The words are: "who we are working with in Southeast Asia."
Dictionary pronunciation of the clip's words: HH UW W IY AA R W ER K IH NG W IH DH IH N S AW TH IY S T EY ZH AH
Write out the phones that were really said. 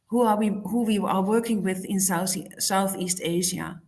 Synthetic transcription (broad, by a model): HH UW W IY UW W W ER K IH NG W IH DH IH N S AW TH IY S T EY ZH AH